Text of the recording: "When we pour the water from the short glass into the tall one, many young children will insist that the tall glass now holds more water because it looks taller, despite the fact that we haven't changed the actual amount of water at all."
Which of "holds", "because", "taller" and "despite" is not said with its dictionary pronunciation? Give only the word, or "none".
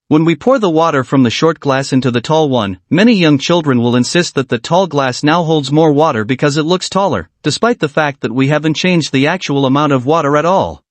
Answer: none